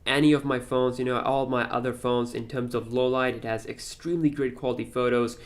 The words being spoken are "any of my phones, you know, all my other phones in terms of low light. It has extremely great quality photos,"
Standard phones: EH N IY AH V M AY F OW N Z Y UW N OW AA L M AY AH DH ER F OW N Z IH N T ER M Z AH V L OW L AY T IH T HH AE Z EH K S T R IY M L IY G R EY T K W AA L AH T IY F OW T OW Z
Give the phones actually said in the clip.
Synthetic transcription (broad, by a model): EH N IY AH V M AY F OW N Z Y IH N OW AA L M AY AH DH ER F OW N Z IH N T ER M Z AH V L OW L AY T IH T HH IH Z EH K S T R IY M L IY G R EY T K W AA L AH T IY F OW T OW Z